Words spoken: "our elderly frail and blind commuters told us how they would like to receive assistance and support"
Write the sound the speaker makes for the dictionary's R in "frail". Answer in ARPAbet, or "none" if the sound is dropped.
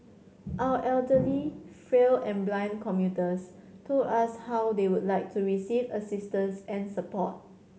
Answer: R